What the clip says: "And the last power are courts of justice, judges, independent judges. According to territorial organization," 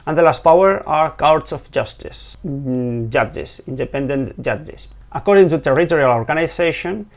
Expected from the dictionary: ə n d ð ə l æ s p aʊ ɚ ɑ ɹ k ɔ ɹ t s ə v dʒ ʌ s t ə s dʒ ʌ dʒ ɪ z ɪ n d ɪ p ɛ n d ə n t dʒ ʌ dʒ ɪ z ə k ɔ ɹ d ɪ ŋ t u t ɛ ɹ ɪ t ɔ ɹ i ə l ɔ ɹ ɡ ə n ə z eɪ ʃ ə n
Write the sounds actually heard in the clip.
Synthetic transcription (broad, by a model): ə n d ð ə l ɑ s p aʊ ɚ ɑ ɹ k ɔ w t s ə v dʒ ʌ s t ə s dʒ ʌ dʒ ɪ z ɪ n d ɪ p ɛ n d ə n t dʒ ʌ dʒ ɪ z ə k ɔ ɹ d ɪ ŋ t u t ɛ ɹ ɪ t ɔ ɹ i ə l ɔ ɹ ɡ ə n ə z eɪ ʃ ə n